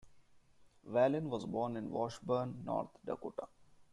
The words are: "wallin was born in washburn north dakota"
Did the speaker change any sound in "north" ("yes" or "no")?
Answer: yes